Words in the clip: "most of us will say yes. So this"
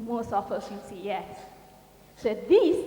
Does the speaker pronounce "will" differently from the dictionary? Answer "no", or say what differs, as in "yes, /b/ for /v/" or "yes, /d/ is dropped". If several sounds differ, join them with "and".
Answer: yes, /n/ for /l/